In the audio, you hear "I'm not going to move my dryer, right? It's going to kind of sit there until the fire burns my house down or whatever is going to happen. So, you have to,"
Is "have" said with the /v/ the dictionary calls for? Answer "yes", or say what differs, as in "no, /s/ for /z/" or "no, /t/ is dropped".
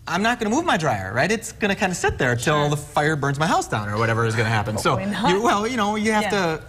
no, /f/ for /v/